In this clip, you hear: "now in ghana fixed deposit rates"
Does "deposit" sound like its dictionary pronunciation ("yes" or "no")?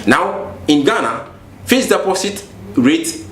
no